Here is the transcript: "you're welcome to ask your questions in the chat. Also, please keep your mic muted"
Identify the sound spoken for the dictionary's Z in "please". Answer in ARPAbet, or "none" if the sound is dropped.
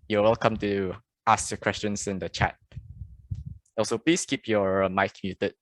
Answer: S